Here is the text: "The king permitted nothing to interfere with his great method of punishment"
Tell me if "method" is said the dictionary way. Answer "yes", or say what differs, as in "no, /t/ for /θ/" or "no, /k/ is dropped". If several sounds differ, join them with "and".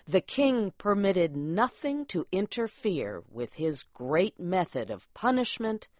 yes